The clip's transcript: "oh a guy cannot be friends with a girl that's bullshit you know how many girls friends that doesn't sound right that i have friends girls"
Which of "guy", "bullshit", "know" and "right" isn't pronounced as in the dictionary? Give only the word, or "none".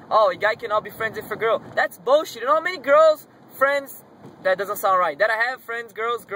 bullshit